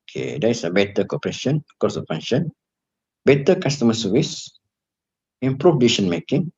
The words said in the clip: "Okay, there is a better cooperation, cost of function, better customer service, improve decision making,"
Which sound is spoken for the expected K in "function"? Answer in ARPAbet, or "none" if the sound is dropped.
none